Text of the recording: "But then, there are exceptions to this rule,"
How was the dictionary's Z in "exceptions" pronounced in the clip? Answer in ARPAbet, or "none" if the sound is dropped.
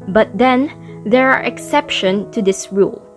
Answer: none